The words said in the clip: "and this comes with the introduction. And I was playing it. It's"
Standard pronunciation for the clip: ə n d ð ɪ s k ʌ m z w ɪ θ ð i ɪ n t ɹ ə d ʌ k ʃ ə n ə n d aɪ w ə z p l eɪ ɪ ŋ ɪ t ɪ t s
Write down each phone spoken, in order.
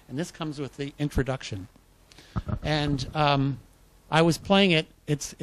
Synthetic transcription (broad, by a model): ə n ð ɪ s k ʌ m z w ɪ ð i ɪ n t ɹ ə d ʌ k ʃ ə n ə n aɪ w ə z p l eɪ ɪ ŋ ɪ t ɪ t s